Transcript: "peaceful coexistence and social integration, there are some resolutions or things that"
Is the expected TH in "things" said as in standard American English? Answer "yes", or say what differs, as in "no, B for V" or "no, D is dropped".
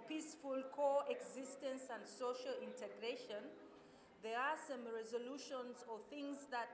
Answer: yes